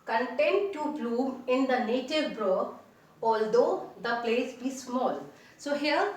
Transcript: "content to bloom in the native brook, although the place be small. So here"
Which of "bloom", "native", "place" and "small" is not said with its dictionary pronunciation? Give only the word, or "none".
bloom